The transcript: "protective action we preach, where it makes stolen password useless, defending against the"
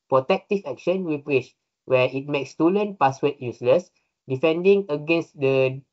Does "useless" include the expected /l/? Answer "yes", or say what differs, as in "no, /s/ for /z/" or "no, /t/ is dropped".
yes